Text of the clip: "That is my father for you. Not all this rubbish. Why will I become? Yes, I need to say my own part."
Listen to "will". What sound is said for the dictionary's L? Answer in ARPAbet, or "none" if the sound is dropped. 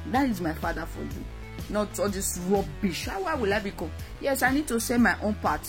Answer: L